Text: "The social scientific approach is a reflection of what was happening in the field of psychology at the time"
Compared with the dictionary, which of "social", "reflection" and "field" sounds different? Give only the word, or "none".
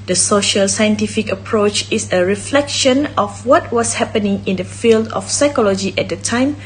none